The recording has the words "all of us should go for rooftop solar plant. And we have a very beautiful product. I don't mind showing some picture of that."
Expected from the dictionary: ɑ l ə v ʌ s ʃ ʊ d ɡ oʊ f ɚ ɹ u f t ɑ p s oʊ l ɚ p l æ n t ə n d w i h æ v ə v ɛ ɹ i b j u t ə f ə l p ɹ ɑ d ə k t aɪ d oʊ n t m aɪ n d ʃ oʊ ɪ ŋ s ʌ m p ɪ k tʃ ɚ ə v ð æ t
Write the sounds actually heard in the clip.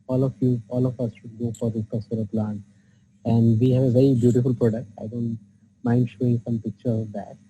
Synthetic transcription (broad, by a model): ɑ l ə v ʌ s ʃ ʊ d ɡ oʊ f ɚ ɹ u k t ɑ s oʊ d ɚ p l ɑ n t ə n d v i h æ v ə v ɛ ɹ i b j u t ə f ə l p ɹ ɑ d ə k t aɪ d oʊ n t m aɪ n d ʃ oʊ ɪ ŋ s ʌ m p ɪ k tʃ ɚ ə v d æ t